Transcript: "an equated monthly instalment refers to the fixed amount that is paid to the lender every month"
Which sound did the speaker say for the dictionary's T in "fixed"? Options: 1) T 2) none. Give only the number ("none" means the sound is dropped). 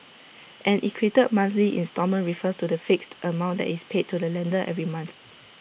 1